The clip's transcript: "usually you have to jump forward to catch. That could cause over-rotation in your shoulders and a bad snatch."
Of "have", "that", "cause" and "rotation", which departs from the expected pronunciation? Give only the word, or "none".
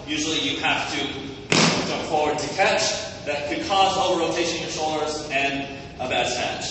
have